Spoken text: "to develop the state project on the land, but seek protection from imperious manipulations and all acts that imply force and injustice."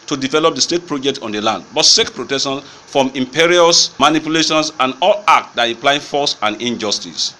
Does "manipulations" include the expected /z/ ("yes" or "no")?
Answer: no